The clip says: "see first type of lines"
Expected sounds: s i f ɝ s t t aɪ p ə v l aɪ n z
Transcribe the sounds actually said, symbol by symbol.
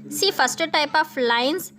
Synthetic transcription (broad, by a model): s i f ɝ s t t aɪ p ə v l aɪ n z